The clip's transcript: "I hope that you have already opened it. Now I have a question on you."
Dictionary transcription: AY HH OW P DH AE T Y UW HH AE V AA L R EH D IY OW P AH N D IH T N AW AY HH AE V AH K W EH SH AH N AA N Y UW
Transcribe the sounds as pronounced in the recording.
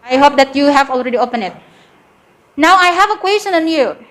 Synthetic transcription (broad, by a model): AY HH OW P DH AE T Y UW HH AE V AA L R EH D IY OW P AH N IH T N AW AY HH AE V AH K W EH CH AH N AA N Y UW